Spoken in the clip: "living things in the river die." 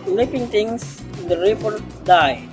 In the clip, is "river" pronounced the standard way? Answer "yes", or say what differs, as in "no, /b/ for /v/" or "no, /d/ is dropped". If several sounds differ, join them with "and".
no, /p/ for /v/